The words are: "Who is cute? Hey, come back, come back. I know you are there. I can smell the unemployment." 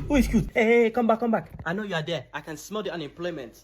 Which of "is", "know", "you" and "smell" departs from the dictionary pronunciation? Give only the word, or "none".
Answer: is